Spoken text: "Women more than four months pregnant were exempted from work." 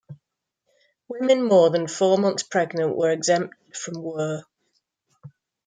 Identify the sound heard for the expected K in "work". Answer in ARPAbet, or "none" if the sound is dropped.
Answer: none